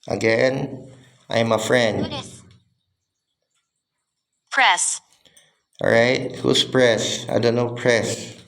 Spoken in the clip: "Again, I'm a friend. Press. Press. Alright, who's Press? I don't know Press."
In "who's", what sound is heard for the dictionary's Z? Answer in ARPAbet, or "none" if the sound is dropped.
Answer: S